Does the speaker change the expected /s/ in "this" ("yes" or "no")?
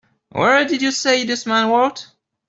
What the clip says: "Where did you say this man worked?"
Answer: no